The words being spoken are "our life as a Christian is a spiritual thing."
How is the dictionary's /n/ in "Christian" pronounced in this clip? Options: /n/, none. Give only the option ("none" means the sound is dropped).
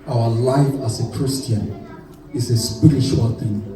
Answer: /n/